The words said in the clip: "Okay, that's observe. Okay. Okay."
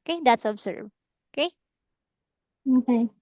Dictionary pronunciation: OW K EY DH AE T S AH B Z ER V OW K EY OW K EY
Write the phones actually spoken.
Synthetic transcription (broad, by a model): K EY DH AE T S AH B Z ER B OW K EY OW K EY